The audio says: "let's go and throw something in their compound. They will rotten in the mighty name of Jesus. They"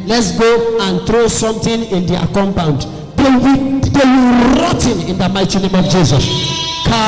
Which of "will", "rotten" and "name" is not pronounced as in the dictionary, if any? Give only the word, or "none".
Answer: will